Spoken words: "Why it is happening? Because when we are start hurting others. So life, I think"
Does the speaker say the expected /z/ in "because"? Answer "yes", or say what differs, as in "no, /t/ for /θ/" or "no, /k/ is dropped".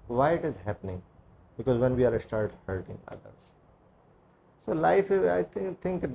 yes